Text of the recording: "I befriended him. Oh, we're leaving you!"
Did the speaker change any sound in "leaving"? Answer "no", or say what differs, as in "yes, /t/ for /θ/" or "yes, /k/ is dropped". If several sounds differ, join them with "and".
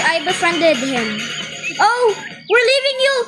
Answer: no